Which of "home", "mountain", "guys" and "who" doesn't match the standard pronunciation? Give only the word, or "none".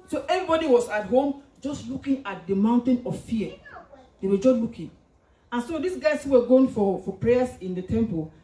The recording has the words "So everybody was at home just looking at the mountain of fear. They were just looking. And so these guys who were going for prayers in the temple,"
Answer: guys